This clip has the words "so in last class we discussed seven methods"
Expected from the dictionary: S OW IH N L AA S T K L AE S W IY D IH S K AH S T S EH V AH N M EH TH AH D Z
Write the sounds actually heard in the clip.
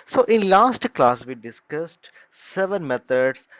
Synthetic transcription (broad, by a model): S OW IH N L AA S T K L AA S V IY D IH S K AH S T S EH V AH N M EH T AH D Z